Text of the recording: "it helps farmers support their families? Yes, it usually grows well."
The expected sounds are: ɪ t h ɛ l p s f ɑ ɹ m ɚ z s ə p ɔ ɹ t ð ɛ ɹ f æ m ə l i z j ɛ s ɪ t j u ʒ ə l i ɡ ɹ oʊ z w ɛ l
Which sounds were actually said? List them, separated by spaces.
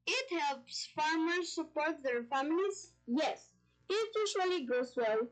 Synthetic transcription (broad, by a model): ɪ t h ɛ l p s f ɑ ɹ m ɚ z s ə p ɔ ɹ t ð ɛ ɹ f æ m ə l i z j ɛ s ɪ t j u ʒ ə l i ɡ oʊ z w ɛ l